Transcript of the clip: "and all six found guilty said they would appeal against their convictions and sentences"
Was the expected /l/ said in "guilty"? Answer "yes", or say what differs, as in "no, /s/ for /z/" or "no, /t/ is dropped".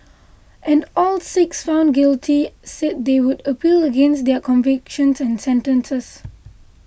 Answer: yes